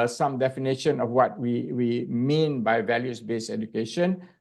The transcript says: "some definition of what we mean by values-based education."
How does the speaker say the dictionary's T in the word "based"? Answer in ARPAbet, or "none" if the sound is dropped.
none